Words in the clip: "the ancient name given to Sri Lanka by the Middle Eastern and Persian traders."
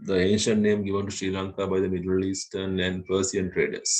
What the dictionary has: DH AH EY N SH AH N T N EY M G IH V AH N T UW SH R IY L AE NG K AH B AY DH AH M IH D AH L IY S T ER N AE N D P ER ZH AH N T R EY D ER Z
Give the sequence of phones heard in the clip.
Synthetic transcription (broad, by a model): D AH EY N SH AH N T N EY M G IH V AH N T UW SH R IY L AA NG K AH B AY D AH M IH D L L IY S T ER N AE N D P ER S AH N T R EY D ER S